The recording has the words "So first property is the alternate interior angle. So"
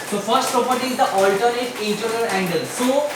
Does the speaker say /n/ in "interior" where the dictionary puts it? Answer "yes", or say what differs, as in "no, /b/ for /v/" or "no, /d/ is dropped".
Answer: no, /n/ is dropped